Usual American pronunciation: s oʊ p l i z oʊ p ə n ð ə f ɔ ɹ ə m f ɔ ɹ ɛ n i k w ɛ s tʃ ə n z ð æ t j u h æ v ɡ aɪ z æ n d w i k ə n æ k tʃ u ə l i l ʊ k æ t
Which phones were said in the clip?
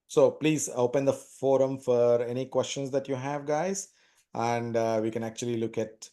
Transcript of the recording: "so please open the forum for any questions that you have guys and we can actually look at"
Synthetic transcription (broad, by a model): s oʊ p l i z oʊ p ə n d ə f ɔ ɹ ə m f ɔ ɹ ɛ n i k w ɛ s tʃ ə n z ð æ t j u h æ v ɡ aɪ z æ n d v i k ə n æ k tʃ u ə l i l ʊ k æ t